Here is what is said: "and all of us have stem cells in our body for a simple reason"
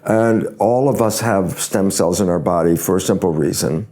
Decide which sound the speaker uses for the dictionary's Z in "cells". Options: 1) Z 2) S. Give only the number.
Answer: 1